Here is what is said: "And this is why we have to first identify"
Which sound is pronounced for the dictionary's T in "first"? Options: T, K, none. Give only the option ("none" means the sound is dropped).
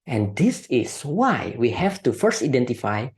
T